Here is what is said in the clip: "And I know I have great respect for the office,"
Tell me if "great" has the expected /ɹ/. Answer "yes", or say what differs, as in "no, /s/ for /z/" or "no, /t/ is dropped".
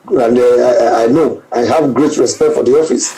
yes